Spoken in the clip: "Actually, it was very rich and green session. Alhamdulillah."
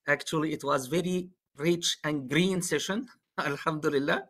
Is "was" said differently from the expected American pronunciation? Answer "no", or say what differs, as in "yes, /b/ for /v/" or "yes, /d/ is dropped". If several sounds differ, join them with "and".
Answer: no